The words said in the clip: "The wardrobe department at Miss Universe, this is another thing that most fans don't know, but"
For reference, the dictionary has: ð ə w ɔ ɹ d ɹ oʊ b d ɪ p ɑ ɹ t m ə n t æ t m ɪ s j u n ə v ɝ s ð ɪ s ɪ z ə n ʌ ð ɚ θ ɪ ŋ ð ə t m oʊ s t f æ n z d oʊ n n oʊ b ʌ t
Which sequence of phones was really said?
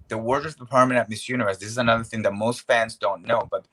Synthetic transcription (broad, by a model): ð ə w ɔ ɹ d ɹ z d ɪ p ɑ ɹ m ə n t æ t m ɪ s j u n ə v ɝ s ð ɪ s ɪ z ə n ʌ ð ɚ θ ɪ ŋ ð ə t m oʊ s t f æ n z d oʊ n n oʊ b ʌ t